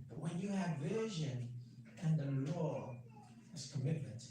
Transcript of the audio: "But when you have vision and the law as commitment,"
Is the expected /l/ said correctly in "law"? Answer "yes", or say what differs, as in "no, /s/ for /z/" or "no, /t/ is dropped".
yes